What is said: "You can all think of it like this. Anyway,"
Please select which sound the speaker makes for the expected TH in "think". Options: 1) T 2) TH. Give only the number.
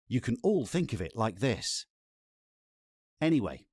2